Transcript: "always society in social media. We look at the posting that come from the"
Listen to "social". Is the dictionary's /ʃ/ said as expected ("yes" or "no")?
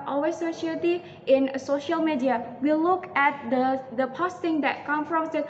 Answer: yes